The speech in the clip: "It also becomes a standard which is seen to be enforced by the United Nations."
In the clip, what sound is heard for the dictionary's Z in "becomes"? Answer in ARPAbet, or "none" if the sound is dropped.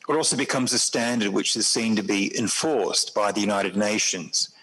Z